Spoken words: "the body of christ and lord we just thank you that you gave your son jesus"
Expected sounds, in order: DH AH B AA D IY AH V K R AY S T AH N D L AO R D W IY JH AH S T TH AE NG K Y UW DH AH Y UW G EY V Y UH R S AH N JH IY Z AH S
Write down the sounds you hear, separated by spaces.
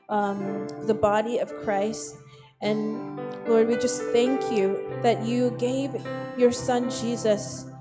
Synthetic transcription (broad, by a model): DH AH B AA D IY AH V K R AY S T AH N L AO R D W IY JH AH S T TH AE NG K Y UW DH AH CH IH G EY V Y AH R S AH N JH IY Z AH S